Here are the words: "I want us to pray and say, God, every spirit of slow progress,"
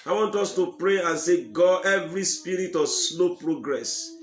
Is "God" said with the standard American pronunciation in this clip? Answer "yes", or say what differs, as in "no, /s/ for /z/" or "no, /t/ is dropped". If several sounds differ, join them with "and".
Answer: no, /d/ is dropped